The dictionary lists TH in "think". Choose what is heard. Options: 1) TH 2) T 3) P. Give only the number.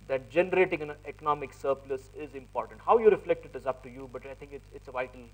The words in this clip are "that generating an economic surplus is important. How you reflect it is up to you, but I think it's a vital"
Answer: 2